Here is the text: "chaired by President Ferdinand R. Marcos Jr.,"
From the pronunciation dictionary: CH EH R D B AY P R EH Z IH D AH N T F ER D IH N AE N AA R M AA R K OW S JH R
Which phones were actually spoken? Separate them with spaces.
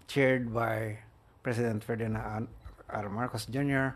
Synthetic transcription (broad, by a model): CH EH R D B AY P R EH S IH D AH N T F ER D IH N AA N AA R M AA R K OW S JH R